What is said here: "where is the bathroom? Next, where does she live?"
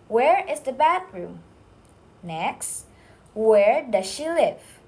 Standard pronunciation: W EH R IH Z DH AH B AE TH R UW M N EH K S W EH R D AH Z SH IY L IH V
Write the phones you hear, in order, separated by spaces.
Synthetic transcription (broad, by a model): W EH R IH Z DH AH B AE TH R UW M N EH K S W EH R D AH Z SH IY L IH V